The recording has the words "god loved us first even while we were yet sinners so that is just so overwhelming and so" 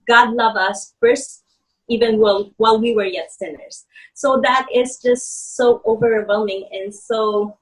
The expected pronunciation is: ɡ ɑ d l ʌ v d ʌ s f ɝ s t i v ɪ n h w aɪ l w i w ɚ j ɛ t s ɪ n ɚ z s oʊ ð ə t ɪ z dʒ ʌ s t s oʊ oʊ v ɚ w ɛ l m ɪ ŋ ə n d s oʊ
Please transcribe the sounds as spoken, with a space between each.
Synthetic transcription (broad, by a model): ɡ ɑ d l ʌ v ʌ s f ɝ s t i v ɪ n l w aɪ l w i w ɚ j ɛ t s ɪ n ɚ z s oʊ ð ə t ɪ z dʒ ʌ s t s oʊ oʊ v ɚ w ɛ l m ɪ ŋ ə n s oʊ